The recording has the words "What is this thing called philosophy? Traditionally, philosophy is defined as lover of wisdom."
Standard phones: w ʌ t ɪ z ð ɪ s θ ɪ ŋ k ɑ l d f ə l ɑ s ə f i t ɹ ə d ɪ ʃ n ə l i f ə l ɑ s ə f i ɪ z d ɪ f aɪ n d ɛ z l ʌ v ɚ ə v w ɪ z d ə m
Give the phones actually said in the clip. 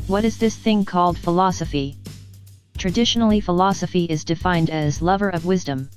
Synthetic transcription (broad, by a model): w ʌ t ɪ z ð ɪ s θ ɪ ŋ k ɑ l d f ə l ɑ s ə f i t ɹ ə d ɪ ʃ n l i f ə l ɑ s ə f i ɪ z d ɪ f aɪ n d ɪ z l ʌ v ɚ ə v w ɪ z d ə m